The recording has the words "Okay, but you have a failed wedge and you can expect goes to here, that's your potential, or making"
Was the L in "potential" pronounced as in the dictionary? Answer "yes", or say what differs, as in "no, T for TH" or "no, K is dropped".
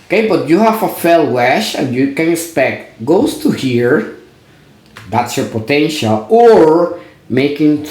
yes